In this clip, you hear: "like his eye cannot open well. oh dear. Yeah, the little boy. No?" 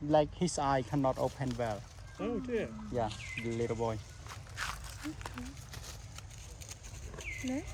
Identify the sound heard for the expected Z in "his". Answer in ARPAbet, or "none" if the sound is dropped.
S